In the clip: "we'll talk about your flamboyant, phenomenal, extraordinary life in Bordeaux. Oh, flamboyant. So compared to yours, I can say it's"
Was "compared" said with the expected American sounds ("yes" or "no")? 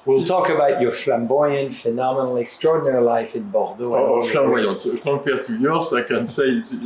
no